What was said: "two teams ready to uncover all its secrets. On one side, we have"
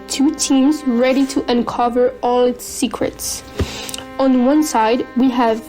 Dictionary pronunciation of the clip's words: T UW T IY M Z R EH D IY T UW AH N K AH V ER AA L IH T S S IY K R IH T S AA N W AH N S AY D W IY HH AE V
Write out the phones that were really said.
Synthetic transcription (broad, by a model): T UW T IY M Z R EH D IY T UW AH N K AH V ER AA L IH T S S IY K R IH T S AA N W AH N S AY D W IY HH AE V